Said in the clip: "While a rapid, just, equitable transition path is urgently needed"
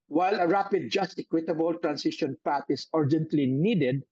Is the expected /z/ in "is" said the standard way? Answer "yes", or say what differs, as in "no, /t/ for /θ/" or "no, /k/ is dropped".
no, /s/ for /z/